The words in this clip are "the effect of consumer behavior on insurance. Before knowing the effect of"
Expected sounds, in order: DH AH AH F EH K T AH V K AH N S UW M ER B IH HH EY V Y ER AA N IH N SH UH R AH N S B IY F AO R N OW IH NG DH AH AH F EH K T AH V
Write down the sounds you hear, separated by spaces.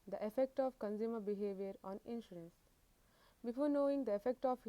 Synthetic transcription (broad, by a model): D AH AH F EH K T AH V K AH N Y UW M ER B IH HH EY V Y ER AA N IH N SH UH R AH N S B IY F AO R N OW IH NG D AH AH F EH K T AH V